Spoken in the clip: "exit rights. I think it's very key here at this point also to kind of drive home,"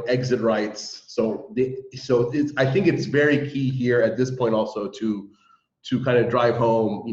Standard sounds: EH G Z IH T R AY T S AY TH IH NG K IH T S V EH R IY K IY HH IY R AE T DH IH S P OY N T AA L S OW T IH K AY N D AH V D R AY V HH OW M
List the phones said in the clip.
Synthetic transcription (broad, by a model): EH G Z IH T R AY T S AY TH IH NG K IH T S V EH R IY K IY HH IY R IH T DH IH S P OY N T AA L S OW T IH K AY N D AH D R AY V HH OW M